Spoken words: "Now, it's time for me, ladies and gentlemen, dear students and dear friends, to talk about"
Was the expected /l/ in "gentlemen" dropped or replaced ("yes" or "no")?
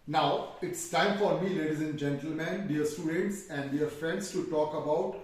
no